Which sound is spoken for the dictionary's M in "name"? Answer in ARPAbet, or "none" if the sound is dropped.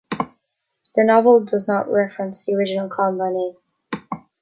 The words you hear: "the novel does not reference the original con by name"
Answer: none